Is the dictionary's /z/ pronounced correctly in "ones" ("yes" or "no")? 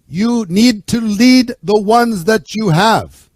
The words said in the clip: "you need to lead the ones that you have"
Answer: yes